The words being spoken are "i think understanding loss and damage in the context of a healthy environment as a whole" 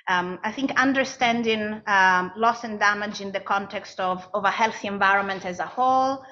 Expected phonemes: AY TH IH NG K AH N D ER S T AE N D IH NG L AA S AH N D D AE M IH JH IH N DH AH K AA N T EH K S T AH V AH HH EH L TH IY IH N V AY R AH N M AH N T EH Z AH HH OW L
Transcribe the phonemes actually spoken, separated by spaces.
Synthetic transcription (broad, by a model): AY TH IH NG K AH N D ER S T AE N D IH NG L AA S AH N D D AE M IH JH IH N DH AH K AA N T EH K S T AH V AH HH EH L TH IY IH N V AY R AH N M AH N T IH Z AH HH OW L